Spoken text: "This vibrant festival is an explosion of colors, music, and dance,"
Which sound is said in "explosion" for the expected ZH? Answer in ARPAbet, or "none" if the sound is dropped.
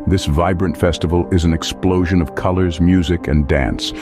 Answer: ZH